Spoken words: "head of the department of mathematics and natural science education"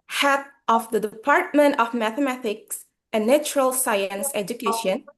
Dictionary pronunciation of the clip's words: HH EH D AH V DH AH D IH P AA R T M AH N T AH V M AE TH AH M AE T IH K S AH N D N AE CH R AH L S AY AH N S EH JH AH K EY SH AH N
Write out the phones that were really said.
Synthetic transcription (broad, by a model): HH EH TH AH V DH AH D IH P AA R T M AH N T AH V M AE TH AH M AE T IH K S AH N N AE CH R AH L S AY AH N S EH JH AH K EY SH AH N